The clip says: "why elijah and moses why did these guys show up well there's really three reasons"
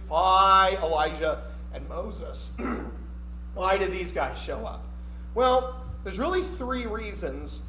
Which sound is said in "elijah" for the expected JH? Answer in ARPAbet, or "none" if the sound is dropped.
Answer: ZH